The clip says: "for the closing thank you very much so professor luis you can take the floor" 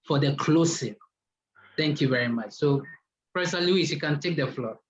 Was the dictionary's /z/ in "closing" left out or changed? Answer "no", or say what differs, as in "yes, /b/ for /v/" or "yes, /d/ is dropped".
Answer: yes, /s/ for /z/